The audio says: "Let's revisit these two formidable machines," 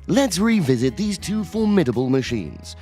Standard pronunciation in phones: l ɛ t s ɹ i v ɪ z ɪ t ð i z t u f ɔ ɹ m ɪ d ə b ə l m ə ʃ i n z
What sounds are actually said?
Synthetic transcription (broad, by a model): l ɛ t s ɹ i v ɪ z ɪ t ð i z t u f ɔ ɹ m ɪ d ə b ə l m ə ʃ i n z